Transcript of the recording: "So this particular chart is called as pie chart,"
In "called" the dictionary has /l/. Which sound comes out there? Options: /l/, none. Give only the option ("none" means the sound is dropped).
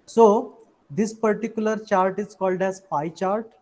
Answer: /l/